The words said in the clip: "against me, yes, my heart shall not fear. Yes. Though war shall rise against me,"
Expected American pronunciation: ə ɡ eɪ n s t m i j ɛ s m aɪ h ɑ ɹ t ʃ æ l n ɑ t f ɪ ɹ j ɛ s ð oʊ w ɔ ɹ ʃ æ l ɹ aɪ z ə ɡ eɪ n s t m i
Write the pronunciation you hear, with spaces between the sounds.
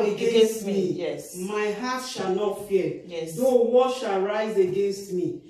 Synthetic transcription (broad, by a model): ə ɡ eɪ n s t m i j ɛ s m aɪ h ɑ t ʃ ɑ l n ɑ t f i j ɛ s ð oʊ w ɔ ʃ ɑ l ɹ aɪ z ə ɡ eɪ n s t m i